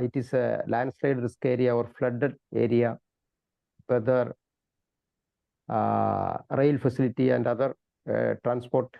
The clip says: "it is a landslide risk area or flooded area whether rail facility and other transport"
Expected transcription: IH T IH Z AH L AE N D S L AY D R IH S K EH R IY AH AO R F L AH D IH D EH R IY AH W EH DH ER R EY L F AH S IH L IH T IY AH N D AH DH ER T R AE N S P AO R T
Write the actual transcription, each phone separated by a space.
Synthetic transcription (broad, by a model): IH T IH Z AH L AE N D S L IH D R IH S K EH R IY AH AO R F L AH D IH D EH R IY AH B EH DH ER R EY L F AH S IH L IH T IY AH N D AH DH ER T R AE N S P AO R T